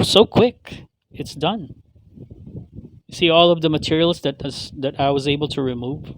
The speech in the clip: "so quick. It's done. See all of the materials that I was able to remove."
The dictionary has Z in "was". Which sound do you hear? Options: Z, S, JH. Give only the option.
Z